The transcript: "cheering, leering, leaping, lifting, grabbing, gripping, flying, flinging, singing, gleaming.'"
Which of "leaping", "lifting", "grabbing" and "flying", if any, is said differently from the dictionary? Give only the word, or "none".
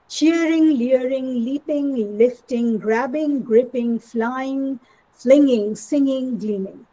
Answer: none